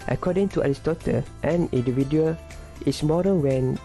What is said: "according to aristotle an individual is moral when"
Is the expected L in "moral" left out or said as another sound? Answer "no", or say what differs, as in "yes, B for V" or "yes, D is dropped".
yes, N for L